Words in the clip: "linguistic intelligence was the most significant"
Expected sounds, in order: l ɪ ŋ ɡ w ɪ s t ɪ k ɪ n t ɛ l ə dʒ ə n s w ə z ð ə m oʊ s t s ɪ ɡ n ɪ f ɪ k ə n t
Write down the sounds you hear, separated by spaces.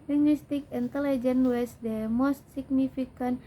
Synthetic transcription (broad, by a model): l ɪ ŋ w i s t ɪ k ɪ n t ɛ l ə dʒ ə n w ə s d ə m oʊ s t s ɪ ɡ n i f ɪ k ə n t